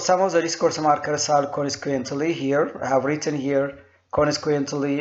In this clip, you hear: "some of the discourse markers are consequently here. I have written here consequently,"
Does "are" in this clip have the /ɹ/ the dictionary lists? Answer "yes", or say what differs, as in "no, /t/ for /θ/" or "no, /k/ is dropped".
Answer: no, /l/ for /ɹ/